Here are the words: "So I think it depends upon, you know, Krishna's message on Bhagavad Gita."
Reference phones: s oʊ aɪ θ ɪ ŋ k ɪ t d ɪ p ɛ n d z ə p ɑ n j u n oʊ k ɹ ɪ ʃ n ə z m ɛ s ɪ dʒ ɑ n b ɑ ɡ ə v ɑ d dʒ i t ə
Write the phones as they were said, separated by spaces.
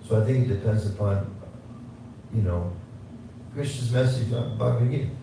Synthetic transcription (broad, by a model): s oʊ aɪ θ ɪ ŋ k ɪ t d ɪ p ɛ n d z ə p ɑ n j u n oʊ k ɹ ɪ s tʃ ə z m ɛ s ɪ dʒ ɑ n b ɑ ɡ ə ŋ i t